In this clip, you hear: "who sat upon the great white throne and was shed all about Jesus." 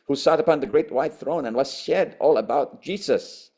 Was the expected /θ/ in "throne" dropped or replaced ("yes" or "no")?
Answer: no